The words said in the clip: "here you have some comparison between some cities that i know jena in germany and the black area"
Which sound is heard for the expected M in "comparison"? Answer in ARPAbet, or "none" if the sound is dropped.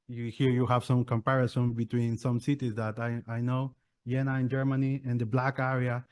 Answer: M